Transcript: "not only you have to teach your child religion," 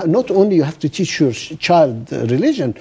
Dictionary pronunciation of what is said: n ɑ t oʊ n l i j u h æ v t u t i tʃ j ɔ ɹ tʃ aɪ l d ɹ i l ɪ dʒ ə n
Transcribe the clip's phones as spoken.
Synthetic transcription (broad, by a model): n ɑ t oʊ n l i j u h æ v t u t i tʃ j ɔ ɹ tʃ aɪ l d ɹ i l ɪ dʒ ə n